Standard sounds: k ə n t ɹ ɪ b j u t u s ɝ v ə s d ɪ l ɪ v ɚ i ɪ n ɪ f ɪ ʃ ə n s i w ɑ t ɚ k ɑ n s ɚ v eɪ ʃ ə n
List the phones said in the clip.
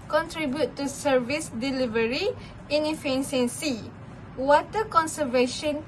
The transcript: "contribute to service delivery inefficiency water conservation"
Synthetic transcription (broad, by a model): k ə n t ɹ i b j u t u s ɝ v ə s d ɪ l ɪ v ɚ i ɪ n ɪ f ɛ s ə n s i w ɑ t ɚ k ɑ n s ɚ v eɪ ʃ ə n